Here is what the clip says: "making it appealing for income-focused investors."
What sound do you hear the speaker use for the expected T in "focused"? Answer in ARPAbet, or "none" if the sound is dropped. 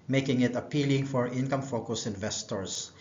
none